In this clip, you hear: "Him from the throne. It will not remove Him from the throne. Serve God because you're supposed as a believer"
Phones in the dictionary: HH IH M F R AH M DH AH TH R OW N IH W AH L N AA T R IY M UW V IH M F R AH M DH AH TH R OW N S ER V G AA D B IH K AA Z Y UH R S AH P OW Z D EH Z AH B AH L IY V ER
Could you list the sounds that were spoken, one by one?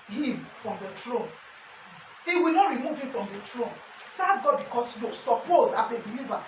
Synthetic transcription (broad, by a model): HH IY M F R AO M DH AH T R OW N IH W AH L N AA T R IY M UW V IH M F R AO M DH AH T R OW N S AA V G AA D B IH K AA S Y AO S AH P OW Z AA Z AH B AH L IY V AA